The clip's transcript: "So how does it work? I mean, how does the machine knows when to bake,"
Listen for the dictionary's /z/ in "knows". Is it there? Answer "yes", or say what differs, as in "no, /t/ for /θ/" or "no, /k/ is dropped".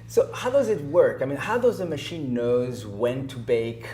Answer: yes